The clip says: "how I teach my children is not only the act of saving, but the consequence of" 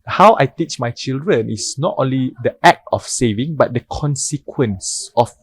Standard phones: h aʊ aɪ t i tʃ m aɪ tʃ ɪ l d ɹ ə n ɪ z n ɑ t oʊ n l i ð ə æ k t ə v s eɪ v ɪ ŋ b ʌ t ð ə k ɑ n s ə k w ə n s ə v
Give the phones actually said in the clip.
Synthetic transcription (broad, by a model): h aʊ aɪ t i tʃ m aɪ tʃ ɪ l d ɹ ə n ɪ s n ɑ t oʊ n l i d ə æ k t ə f s eɪ v ɪ ŋ b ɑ t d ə k ɑ n s ə k w ə n s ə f